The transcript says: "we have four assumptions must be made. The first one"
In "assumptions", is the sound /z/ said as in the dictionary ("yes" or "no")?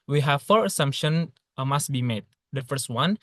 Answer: no